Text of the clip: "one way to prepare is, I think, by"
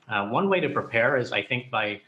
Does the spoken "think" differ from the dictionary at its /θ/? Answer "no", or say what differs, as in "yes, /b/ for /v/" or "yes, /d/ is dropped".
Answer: no